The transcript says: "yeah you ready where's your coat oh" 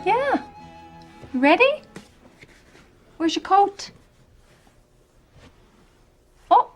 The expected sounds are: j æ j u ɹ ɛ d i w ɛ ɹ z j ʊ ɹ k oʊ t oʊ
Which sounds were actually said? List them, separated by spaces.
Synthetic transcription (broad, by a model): j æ j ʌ ɹ ɛ d i w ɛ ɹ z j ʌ k oʊ t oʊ